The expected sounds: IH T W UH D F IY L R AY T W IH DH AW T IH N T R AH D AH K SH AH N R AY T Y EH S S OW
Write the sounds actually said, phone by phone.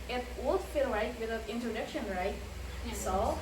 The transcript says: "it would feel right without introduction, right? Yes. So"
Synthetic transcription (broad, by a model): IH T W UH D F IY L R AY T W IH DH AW IH N T R AH D AH K SH AH N R AY T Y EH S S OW